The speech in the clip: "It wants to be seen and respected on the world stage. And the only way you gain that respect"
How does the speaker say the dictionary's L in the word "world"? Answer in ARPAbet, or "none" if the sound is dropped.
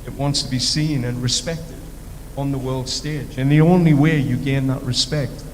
L